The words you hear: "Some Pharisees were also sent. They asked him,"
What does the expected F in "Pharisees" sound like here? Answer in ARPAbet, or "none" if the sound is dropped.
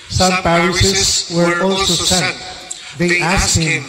P